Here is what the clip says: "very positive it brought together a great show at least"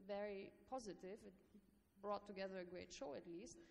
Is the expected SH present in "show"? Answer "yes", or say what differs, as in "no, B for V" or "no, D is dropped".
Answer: yes